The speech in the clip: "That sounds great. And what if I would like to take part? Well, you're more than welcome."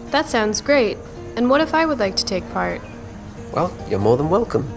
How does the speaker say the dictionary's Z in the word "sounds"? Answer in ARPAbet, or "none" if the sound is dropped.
Z